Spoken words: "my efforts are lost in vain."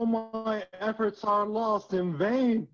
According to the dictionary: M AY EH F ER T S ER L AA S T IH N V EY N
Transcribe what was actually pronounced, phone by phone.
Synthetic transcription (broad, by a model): M AY EH F ER T S ER L AA S T IH N V EY N